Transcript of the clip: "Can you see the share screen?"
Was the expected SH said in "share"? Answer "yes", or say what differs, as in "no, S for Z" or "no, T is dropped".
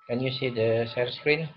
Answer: no, S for SH